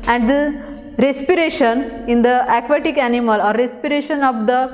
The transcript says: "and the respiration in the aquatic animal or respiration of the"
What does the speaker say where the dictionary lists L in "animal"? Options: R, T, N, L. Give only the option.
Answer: L